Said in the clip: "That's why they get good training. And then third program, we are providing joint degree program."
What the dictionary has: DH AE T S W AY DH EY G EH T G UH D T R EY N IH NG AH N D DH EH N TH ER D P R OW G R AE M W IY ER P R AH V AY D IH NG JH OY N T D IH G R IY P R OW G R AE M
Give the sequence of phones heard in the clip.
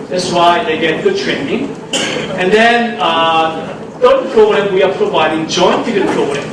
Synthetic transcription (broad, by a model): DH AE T S W AY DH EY G EH T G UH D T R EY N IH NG AH N D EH N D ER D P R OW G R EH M W IY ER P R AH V AY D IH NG JH OY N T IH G IY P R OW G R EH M